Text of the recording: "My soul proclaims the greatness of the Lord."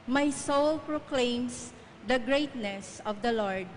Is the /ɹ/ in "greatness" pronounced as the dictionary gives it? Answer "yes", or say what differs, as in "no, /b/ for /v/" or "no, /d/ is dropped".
yes